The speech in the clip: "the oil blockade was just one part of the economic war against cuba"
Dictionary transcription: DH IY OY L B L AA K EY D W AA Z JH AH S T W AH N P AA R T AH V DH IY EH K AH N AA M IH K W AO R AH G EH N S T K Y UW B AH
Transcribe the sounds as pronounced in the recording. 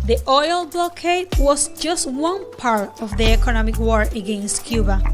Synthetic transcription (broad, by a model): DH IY OY L B L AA K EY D W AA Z JH AH S T W AH N P AA R T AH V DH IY EH K AH N AA M IH K W AO R AH G EH N S T K Y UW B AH